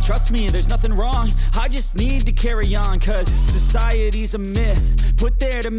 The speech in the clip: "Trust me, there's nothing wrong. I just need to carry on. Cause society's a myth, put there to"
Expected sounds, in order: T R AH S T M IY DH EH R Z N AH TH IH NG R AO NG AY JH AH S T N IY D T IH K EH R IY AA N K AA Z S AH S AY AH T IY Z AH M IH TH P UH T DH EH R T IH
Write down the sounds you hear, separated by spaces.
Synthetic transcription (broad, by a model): T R AH S T M IY DH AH R Z N AH TH IH NG R AO NG AY JH AH S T N IY D T IH K EH R IY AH N K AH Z S AH S AY AH T IY Z AH M IH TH P UH T DH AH R T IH